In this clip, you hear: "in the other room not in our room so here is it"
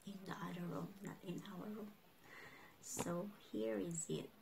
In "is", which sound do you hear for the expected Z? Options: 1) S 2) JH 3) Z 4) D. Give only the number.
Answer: 3